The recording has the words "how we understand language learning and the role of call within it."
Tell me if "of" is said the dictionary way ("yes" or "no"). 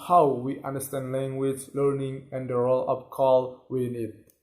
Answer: no